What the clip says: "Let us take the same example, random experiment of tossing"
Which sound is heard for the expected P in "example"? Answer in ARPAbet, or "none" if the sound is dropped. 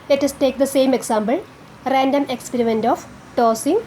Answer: B